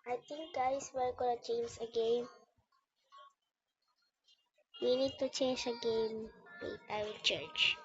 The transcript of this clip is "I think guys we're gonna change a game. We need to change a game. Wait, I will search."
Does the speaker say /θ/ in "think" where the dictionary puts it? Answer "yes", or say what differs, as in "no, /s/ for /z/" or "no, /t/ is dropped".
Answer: no, /t/ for /θ/